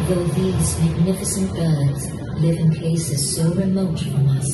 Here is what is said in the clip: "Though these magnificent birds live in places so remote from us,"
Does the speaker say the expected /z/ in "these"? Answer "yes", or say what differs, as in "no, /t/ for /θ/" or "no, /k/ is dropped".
yes